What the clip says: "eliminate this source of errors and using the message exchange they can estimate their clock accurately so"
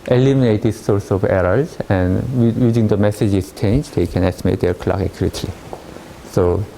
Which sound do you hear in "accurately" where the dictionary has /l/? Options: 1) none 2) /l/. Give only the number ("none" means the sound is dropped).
1